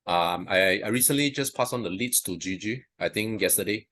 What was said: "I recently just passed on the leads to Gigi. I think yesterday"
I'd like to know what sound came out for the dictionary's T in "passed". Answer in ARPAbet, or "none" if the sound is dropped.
none